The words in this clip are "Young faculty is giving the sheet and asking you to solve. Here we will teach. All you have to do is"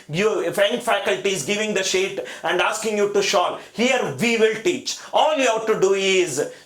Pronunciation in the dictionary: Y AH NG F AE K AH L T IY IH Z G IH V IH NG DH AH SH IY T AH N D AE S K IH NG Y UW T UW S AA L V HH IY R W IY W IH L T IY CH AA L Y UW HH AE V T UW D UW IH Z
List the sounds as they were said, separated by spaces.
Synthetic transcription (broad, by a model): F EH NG F AE K AH L T IY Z G IH V IH NG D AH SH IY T AH N D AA S K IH NG Y UW T UW SH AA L HH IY R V IY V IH L T IY CH AA L Y UW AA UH T UW D UW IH Z